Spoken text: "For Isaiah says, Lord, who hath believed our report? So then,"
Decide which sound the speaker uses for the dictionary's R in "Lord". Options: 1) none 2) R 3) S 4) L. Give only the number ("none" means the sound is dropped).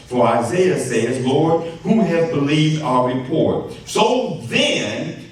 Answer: 2